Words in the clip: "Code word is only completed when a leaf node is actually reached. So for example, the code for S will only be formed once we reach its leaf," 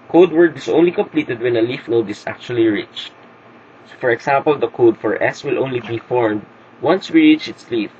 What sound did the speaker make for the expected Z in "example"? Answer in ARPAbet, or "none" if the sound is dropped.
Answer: S